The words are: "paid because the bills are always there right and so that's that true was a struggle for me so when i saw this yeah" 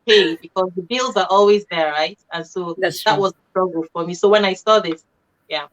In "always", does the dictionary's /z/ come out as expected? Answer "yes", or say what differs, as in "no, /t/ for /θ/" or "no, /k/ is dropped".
yes